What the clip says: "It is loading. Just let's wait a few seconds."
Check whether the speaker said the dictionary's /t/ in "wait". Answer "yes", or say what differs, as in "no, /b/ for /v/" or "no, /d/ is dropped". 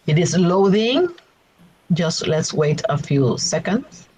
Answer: yes